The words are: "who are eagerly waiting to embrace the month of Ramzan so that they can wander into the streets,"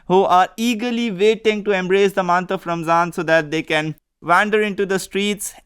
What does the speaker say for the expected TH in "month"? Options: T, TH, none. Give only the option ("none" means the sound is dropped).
T